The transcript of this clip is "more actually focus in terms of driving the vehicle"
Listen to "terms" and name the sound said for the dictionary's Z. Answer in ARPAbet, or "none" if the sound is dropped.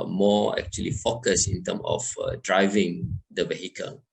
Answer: none